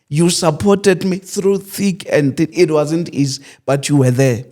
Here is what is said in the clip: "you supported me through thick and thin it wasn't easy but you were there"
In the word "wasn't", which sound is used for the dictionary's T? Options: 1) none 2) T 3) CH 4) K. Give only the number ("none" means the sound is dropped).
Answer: 2